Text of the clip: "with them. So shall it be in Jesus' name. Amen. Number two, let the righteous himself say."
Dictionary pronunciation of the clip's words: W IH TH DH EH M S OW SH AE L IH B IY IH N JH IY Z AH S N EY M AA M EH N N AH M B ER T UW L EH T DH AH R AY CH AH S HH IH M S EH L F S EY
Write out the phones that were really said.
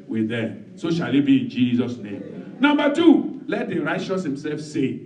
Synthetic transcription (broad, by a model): W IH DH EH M S OW SH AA L IH B IY IH N JH IY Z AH S N EY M M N N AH M B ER T UW L EH T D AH R AY CH AH S HH IH M S EH L F S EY